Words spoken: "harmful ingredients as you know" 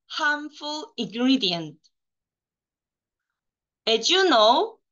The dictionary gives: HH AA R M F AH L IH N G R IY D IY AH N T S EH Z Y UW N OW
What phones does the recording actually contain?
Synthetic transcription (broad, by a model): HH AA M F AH L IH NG G R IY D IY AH N T EH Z Y UW N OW